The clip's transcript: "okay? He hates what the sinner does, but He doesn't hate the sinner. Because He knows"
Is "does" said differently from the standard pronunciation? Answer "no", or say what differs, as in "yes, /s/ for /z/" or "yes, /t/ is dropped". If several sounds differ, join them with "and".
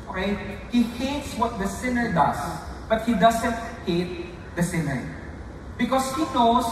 yes, /s/ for /z/